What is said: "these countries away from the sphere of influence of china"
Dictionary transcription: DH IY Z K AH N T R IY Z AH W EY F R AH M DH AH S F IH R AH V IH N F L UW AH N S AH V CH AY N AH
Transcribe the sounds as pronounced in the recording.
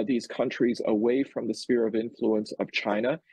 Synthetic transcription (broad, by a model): DH IY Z K AH N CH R IY Z AH W EY F R AH M DH AH S F IH R AH V IH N F L UW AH N S AH V CH AY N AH